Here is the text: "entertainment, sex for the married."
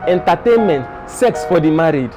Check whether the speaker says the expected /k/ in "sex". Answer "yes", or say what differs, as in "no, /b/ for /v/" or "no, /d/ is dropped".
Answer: yes